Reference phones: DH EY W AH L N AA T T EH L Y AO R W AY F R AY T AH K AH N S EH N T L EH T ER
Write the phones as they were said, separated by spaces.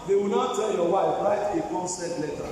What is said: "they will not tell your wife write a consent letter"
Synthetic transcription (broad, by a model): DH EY W AH L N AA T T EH N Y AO W AY F R AY T AH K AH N S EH T L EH T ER